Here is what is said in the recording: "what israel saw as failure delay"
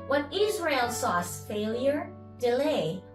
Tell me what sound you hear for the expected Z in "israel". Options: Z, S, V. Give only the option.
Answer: Z